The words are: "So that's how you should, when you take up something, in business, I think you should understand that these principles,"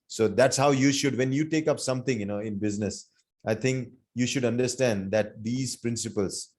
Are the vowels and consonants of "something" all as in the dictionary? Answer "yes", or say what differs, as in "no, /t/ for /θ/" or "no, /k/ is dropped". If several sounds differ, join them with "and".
no, /t/ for /θ/